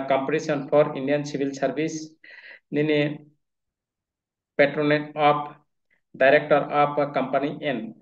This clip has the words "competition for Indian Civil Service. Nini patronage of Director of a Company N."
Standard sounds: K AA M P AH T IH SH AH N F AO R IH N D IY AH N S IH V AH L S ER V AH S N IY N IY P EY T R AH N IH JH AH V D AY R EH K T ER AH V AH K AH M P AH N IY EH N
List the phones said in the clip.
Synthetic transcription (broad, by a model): K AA M P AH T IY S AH N P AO R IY N D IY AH N S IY B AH L S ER B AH S N IY N IY P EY T R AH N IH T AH P D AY R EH K T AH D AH K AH M P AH N IY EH N